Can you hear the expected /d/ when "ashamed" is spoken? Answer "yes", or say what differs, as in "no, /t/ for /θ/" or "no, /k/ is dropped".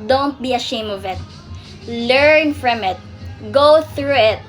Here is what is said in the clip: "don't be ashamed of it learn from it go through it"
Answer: no, /d/ is dropped